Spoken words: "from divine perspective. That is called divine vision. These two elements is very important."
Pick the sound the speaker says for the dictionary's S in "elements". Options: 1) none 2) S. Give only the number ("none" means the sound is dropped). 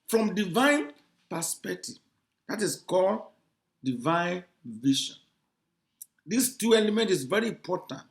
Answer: 1